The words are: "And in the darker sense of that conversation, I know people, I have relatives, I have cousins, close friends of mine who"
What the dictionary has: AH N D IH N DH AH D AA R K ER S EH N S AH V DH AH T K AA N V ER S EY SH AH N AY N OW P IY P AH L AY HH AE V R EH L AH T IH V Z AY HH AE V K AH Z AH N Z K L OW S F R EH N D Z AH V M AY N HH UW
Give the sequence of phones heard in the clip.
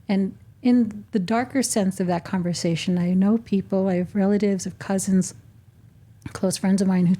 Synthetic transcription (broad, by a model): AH N IH N DH AH D AA R K ER S EH N S AH V DH AH T K AA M V ER S EY SH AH N AY N OW P IY P L AY V R EH L AH T IH V Z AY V K AH Z AH N Z K L OW S F R EH N D Z AH V M AY N HH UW